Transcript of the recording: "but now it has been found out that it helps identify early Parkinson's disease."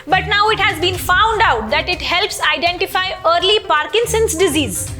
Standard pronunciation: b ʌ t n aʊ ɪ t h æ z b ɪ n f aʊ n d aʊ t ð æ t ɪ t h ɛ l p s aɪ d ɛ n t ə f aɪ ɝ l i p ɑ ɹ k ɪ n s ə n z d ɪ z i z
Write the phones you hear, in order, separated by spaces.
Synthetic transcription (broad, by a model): b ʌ t n aʊ ɪ t h æ z b ɪ n f aʊ n d aʊ t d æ t ɪ t h ɛ l p s aɪ d ɛ n t ə f aɪ ɝ l i p ɑ ɹ k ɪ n s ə n s d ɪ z i z